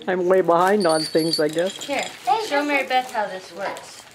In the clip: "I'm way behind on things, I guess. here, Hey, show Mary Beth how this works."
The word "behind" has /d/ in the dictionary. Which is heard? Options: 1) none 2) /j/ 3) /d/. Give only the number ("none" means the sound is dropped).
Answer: 3